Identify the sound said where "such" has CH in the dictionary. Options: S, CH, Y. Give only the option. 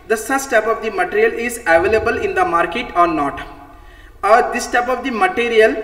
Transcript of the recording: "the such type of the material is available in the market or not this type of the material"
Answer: S